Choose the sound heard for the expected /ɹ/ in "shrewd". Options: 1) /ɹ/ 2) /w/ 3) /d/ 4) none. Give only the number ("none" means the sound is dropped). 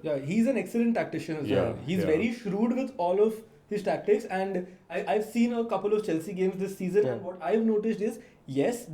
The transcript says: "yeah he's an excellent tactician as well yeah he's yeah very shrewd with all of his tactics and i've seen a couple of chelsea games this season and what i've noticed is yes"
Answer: 1